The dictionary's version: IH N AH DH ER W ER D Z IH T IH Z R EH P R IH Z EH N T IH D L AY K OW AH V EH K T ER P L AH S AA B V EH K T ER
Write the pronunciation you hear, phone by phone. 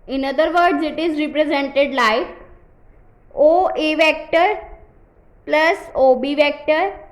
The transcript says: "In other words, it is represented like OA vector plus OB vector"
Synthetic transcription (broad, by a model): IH N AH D ER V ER D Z IH T IH Z R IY P R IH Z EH N T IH D L AY OW AH V EH K T ER P L AH S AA B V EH K T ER